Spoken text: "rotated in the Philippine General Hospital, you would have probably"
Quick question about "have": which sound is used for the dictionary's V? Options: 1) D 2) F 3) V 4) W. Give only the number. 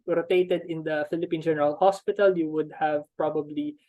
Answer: 3